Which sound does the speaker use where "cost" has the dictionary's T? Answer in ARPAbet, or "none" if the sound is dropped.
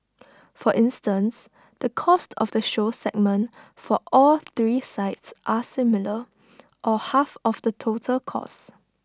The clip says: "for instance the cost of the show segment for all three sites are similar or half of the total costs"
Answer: T